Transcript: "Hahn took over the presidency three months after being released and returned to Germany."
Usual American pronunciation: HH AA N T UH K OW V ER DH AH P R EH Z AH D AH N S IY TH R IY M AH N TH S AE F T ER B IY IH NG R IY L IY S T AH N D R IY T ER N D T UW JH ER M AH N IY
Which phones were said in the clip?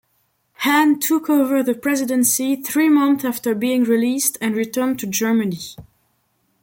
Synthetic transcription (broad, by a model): HH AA N T UH K OW V ER DH AH P R EH Z AH D AH N S IY TH R IY M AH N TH AE F T ER B IY IH NG R IY L IY S T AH N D R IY T ER N T UW JH ER M AH N IY